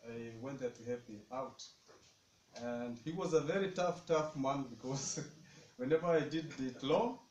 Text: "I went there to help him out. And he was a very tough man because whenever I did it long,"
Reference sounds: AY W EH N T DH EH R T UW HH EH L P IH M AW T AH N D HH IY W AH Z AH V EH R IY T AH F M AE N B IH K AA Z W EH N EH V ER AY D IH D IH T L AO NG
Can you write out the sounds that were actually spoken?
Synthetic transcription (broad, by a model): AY W EH N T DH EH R T UW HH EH P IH AW T AH N D HH IY W AH Z AH V EH R IY T AH F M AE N B IH K AA Z W EH N EH V ER AY D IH D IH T L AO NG